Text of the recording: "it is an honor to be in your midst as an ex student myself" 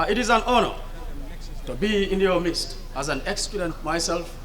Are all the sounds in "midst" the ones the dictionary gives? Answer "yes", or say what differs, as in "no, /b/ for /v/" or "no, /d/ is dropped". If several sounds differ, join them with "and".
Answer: yes